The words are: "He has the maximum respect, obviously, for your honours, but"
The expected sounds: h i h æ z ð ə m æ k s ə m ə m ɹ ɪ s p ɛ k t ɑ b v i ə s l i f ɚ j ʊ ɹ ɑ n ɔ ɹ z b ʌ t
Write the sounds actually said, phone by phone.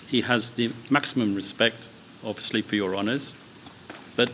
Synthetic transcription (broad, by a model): h i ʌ z ð ə m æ k s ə m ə m ɹ ɪ s p ɛ k t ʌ v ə s l i f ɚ j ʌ ɹ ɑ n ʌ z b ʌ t